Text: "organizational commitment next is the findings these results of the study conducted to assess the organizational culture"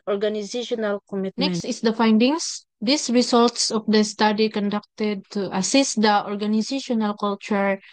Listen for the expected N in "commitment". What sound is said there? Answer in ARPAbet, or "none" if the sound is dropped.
none